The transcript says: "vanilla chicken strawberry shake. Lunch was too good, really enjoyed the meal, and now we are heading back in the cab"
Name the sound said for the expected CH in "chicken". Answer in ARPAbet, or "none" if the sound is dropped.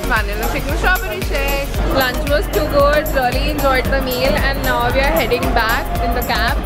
S